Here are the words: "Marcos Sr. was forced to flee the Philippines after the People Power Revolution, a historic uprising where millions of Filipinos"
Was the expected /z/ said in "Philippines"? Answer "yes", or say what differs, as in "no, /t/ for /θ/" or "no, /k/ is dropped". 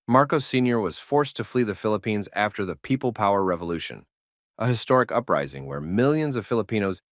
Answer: yes